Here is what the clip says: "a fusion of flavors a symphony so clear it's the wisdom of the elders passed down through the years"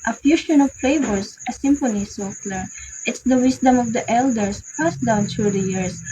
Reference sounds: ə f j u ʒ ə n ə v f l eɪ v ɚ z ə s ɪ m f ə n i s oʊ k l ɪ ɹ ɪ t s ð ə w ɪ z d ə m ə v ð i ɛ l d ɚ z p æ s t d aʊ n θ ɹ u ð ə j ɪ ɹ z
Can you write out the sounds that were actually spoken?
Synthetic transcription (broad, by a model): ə f j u ʃ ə n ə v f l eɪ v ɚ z ə s ɪ m f ə n i s oʊ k l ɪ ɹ ɪ t s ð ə w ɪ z d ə m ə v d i ɛ l d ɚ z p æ s d aʊ n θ ɹ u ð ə j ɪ ɹ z